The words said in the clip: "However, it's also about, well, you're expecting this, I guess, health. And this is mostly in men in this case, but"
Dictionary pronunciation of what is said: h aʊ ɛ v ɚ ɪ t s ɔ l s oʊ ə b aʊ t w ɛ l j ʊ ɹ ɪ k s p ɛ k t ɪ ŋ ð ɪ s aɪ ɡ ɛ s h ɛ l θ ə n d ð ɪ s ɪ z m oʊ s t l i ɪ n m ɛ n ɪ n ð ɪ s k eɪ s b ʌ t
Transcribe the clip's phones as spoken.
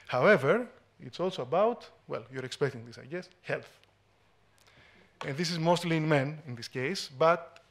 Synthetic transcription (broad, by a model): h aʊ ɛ v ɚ ɪ t s ɔ l s oʊ ə b aʊ t w ɛ l j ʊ ɹ ɪ k s p ɛ k t ɪ ŋ ð ɪ s aɪ ɡ ɛ s h ɛ l θ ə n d ð ɪ s ɪ z m oʊ s t l i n m ɛ n ɪ n ð ɪ s k eɪ s b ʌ t